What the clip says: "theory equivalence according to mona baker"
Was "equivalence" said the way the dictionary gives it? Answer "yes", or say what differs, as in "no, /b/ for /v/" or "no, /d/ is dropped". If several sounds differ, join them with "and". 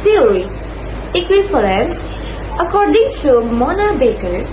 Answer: no, /f/ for /v/